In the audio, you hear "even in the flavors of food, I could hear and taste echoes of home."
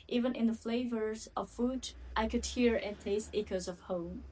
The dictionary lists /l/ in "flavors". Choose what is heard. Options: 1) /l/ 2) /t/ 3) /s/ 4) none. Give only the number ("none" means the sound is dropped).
1